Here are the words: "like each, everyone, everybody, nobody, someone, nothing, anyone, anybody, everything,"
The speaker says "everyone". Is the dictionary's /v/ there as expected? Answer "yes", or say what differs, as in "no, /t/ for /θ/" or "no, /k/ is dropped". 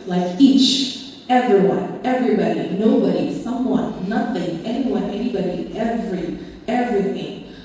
yes